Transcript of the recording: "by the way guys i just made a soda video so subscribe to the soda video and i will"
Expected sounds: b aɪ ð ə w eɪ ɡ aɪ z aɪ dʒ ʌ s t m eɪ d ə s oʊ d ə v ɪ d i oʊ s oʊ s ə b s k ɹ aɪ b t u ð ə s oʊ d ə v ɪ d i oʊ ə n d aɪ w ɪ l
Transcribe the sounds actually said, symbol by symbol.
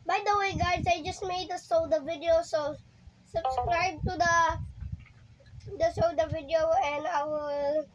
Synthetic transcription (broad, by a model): b aɪ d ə w eɪ ɡ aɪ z aɪ dʒ ʌ s t m eɪ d ə s oʊ d ə v ɪ d i oʊ s oʊ s ə b s k ɹ aɪ b t u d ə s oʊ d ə v ɪ d i oʊ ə n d aɪ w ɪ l